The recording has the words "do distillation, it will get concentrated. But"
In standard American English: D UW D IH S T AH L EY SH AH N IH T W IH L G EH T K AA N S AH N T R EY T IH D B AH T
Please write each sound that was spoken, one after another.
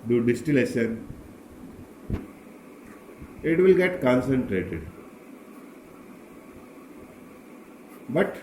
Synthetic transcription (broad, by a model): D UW D IH S T AH L EY SH AH N IH T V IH L G EH T K AA N S AH N T R EY T IH D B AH T